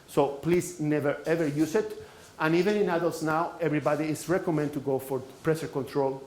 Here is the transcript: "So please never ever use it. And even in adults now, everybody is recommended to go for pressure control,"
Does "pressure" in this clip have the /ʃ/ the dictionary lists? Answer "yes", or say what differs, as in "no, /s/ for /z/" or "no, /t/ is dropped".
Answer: no, /s/ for /ʃ/